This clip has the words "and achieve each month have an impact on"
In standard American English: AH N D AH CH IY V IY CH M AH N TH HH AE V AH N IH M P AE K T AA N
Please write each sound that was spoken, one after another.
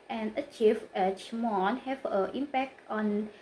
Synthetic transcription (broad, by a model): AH N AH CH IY F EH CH M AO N HH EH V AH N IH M P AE K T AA N